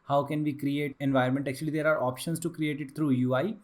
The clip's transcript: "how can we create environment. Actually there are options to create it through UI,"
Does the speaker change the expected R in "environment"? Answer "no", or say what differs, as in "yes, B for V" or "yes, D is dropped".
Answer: yes, R is dropped